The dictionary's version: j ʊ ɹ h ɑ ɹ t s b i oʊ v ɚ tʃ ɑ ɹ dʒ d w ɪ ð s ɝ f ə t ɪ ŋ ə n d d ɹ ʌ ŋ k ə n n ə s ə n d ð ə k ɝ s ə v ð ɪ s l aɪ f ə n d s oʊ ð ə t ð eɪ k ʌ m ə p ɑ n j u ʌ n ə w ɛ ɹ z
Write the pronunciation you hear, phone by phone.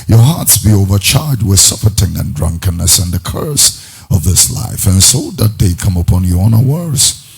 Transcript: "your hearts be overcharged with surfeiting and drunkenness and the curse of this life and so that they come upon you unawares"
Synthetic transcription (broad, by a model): j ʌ ɹ h ɑ ɹ t s b i oʊ v ɚ tʃ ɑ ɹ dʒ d w ɪ ð s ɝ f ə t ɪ ŋ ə n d d ɹ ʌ ŋ k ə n n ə s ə n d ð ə k ɝ s ə v ð ɪ s l aɪ f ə n s oʊ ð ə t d eɪ k ʌ m ə p ɑ n j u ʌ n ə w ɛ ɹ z